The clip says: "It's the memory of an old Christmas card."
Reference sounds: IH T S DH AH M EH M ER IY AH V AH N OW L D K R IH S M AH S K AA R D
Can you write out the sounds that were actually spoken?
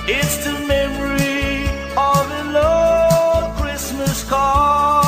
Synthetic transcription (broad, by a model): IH T S DH AH M EH M ER IY AH V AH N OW D K R IH S M AH S K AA